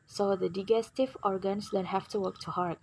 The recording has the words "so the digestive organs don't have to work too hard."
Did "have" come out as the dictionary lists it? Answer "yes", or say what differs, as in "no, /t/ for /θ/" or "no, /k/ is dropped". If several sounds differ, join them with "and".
no, /f/ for /v/